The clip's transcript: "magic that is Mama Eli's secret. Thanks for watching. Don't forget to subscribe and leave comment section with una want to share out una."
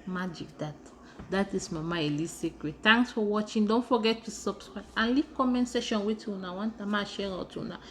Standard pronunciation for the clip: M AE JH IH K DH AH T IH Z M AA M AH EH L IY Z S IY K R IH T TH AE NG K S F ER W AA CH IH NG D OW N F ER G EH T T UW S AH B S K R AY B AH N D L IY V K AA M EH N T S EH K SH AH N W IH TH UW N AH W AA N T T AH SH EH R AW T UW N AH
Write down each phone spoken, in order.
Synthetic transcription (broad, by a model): M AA JH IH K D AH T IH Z M AA M AH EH L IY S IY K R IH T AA NG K S F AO W AA CH IH NG D OW N F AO G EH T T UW S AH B S K R AY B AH N L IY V K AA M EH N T S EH SH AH N W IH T UW N AH W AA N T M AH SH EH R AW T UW N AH